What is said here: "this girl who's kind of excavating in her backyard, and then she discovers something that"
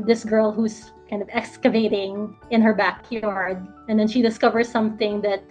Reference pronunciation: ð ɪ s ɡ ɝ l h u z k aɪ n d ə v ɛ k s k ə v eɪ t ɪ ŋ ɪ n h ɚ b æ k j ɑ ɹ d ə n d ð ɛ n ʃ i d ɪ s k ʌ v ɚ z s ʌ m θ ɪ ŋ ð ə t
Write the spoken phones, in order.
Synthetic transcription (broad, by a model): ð ɪ s ɡ ɝ l h u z k aɪ n d ə v ɛ k s k ə v eɪ t ɪ ŋ ɪ n h ɚ b æ k j ɑ ɹ d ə n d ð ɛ n ʃ i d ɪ s k ʌ v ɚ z s ʌ m θ ɪ ŋ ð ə t